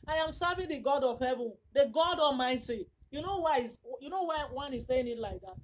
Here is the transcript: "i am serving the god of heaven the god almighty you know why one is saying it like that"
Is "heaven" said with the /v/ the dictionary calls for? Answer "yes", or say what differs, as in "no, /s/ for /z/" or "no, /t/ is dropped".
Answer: yes